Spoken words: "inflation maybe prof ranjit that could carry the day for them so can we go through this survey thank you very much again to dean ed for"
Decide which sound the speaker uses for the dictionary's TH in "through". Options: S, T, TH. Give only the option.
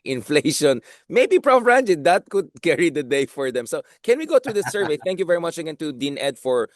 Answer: T